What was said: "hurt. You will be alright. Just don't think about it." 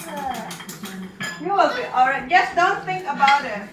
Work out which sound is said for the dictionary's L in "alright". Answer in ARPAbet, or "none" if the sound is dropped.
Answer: L